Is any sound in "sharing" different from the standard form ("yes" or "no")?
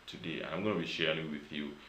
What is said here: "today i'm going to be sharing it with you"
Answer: no